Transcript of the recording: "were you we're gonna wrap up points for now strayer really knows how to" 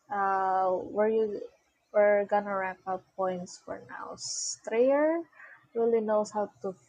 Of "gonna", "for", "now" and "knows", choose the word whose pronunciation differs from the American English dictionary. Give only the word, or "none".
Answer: knows